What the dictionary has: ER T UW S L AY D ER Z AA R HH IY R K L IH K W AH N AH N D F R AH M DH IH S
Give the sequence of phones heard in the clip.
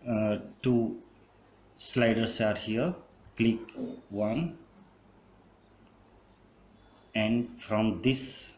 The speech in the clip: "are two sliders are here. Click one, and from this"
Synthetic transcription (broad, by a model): T UW S L AY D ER S AA R HH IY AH K L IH K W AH N AH N D F R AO M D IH S